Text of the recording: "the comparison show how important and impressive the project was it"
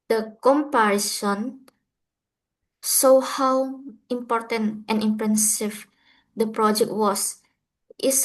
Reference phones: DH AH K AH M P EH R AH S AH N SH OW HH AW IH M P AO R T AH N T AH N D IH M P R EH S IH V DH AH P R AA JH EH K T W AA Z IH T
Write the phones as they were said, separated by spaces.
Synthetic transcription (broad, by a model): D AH K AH M P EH R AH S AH N S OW HH AW IH M P AO R T AH N T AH N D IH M P R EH S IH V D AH P R AA JH EH K T W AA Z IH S